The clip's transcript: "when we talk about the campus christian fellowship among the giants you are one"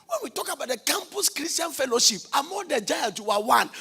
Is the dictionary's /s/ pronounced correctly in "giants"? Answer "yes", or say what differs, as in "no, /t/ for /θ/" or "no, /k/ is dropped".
no, /s/ is dropped